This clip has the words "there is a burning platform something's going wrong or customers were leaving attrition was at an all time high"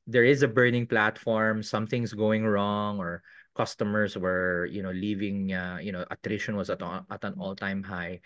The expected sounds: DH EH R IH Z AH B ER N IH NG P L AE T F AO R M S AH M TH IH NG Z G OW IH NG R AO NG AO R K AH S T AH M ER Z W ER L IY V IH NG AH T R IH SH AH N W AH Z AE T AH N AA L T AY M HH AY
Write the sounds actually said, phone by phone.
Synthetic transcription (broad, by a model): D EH R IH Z AH B ER N IH NG P L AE T F AO R M S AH M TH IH NG S G OW IH NG R AO NG AO R K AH S T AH M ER S W ER L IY V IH NG AH T R IH SH AH N W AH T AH T AH N AA L T AY M HH AY